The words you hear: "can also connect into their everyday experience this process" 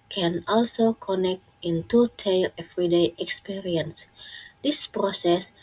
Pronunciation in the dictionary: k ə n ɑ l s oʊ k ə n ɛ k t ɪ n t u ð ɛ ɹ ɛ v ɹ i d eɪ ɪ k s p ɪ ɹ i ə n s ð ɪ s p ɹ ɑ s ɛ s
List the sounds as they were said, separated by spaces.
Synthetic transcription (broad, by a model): k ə n ɑ l s oʊ k ə n ɛ k t ɪ n t u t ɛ l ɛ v ɹ i d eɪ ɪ k s p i ɹ i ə n s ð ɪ s p ɹ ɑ s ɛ s